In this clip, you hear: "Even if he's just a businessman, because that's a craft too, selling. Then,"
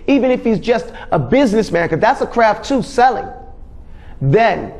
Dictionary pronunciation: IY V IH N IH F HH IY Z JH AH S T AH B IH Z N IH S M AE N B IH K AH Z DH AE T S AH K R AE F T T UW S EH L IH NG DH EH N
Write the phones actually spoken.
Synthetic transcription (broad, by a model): IY V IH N IH F HH IY Z JH AH S T AH B IH Z N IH S M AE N K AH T DH AE T S AH K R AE F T T UW S EH L IH NG DH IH N